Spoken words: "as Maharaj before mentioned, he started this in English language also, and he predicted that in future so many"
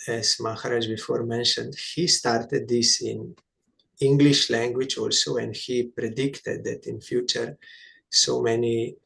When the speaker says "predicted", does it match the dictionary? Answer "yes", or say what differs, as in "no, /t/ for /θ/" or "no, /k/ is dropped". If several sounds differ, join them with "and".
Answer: yes